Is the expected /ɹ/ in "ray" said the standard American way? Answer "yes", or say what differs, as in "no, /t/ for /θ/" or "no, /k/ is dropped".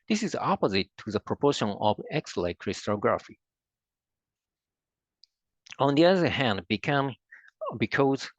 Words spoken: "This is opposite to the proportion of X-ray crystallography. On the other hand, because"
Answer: no, /l/ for /ɹ/